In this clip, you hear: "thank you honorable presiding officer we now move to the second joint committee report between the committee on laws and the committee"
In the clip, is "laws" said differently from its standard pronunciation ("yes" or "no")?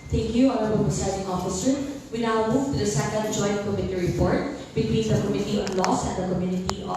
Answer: yes